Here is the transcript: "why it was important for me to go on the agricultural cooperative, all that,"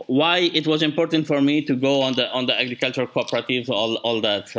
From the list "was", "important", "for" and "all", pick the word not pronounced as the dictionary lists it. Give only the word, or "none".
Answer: none